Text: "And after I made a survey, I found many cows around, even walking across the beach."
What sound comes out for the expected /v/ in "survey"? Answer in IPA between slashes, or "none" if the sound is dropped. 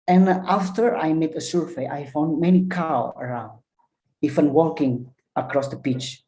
/f/